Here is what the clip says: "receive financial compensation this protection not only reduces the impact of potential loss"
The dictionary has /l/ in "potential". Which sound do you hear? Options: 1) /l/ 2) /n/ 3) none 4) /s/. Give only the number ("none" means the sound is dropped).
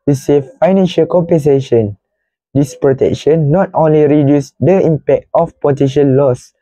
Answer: 2